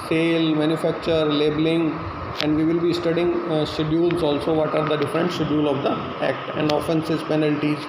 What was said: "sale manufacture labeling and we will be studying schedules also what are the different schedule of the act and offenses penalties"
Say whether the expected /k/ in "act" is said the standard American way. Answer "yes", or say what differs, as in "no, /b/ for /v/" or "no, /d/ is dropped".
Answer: yes